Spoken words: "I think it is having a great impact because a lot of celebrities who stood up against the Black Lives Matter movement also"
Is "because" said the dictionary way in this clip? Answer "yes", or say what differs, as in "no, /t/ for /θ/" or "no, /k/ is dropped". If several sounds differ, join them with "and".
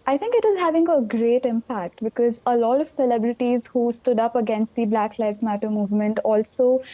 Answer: yes